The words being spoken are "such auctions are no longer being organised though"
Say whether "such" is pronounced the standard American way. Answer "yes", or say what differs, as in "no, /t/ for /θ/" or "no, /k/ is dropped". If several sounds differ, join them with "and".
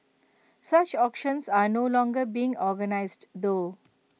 yes